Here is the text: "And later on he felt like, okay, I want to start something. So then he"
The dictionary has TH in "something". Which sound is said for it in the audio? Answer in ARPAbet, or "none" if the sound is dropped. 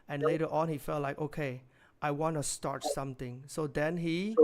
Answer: T